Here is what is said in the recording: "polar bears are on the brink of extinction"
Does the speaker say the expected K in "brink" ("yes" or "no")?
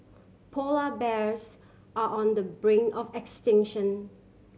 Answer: no